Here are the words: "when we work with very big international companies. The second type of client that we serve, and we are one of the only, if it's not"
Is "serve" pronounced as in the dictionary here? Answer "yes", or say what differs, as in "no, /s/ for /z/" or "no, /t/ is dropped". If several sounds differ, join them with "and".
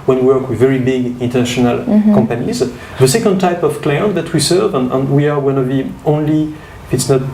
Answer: yes